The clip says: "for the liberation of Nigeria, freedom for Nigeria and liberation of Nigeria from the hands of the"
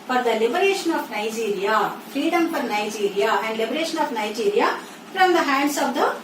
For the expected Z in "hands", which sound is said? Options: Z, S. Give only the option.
S